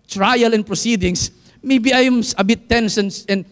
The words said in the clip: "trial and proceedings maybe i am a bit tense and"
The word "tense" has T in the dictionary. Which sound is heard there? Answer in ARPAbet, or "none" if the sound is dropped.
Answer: S